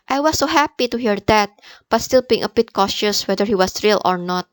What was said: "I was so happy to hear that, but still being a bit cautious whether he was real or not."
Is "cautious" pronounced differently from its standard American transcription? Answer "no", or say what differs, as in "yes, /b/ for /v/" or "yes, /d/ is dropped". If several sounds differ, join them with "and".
no